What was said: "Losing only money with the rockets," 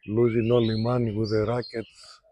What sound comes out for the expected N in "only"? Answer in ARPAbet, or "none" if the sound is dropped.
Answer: none